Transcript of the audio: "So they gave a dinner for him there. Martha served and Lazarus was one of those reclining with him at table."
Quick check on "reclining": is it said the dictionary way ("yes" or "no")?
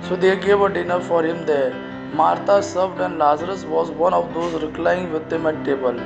no